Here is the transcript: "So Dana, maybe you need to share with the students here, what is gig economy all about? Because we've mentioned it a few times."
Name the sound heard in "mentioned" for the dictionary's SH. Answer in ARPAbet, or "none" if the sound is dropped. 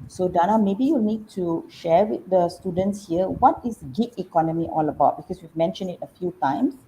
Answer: SH